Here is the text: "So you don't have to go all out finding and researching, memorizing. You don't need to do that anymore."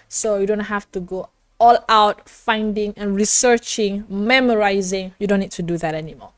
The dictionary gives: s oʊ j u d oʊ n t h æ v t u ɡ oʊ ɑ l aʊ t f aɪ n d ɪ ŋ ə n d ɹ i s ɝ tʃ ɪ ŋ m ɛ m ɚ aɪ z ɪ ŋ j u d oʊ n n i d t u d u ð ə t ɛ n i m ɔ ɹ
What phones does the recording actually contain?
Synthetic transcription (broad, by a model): s oʊ j u d oʊ n t h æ f t u ɡ oʊ ɑ l aʊ t f aɪ n d ɪ ŋ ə n ɹ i s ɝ tʃ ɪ ŋ m ɛ m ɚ aɪ z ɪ ŋ j u d oʊ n n i d t u d u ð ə t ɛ n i m ɔ